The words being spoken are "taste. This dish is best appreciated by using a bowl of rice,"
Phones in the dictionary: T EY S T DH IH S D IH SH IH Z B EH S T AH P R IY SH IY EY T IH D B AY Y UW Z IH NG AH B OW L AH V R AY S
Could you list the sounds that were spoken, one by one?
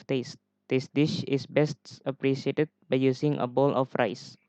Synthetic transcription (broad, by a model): T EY S T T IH S D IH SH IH S B EH S T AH P R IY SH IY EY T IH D B AY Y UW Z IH NG AH B OW L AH F R AY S